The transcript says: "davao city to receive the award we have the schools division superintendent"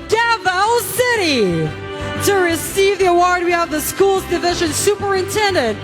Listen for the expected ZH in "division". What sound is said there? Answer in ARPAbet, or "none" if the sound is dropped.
ZH